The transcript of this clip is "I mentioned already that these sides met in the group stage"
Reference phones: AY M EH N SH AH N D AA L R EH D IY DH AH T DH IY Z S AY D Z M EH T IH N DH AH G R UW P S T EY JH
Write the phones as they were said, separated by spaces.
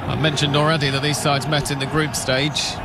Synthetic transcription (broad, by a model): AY M EH N SH AH N D AA L R EH D IY DH AH T DH IY Z S AY D Z M EH T IH N DH AH G R UW P S T EY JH